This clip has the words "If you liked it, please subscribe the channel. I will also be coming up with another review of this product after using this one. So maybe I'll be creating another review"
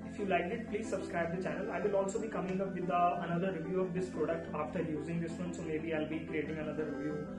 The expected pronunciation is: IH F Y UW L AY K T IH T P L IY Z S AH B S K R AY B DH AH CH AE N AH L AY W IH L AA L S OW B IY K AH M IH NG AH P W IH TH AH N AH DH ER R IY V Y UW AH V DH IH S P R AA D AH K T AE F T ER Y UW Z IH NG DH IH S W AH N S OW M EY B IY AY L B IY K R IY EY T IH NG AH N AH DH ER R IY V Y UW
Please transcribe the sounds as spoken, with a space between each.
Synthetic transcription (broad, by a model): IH F Y UW L AY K IH T P L IY Z S AH B S K R AY B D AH CH AE N AH L AY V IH L AA L S OW B IY K AH M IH NG AH P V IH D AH N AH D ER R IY V Y UW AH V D IH S P R AA D AH K T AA F T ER Y UW Z IH NG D IH S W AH N S OW M EY B IY AY L B IY K R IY EY T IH NG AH N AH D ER R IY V Y UW